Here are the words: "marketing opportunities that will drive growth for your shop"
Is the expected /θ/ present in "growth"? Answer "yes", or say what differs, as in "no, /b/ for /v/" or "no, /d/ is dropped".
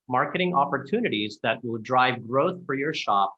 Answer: yes